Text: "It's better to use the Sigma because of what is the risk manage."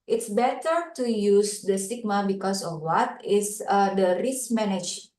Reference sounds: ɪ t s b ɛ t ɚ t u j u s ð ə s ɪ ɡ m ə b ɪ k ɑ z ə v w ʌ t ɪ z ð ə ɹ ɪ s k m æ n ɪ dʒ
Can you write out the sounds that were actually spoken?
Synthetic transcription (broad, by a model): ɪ t s b ɛ t ɚ t u j u s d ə s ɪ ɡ m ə b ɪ k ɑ s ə f w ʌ t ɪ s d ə ɹ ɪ s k m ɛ n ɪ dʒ